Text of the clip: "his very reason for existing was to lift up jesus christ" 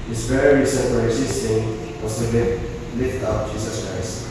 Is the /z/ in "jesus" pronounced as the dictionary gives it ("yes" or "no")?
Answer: no